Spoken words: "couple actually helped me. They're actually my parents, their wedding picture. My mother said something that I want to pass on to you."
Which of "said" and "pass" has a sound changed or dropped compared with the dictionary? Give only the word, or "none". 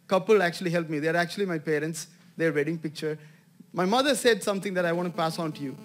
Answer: none